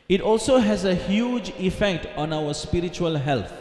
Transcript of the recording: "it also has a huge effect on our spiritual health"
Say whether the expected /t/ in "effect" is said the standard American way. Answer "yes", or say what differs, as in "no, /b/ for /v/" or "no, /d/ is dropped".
yes